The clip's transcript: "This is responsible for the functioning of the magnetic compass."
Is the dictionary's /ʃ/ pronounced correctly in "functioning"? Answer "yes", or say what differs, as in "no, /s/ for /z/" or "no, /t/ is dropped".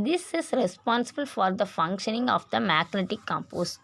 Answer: yes